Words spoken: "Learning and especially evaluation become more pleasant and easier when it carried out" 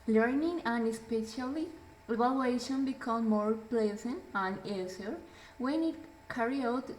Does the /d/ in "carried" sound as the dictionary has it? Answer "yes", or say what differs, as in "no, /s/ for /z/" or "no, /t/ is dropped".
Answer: no, /d/ is dropped